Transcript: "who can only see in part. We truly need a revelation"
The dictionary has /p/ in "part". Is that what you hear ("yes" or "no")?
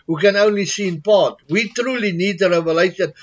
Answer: no